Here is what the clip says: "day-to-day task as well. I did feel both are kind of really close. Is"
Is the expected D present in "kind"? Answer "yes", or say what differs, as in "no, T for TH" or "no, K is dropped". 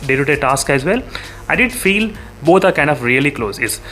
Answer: yes